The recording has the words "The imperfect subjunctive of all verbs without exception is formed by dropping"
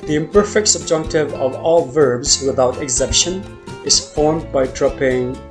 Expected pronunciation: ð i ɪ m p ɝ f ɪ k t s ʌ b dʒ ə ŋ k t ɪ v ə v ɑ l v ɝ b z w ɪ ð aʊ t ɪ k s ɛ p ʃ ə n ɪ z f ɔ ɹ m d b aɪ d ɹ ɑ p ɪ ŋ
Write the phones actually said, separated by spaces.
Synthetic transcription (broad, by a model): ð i ɪ m p ɝ f ɪ k t s ʌ b dʒ ə ŋ k t ɪ v ə v ɑ l v ɝ b z w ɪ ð aʊ t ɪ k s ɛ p ʃ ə n ɪ z f ɔ ɹ m d b aɪ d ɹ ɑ p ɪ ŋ